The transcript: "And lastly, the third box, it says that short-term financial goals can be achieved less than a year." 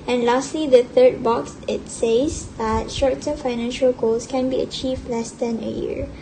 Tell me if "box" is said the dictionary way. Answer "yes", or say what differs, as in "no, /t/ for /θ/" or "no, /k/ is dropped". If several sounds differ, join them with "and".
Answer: yes